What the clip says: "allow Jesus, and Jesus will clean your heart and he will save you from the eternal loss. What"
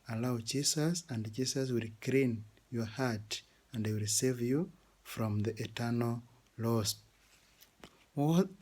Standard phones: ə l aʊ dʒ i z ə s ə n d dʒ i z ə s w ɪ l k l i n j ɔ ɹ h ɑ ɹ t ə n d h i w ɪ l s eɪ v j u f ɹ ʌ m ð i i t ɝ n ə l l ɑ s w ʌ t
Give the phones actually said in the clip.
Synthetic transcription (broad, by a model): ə l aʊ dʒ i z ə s ə n d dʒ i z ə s w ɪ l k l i n j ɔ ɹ h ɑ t ə n d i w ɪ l s eɪ v j u f ɹ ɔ m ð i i t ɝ n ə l l ɑ s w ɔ